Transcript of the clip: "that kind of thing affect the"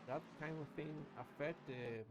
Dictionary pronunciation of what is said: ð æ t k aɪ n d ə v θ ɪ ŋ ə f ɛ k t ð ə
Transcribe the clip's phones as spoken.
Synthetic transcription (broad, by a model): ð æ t k aɪ n d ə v θ ɪ ŋ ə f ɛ t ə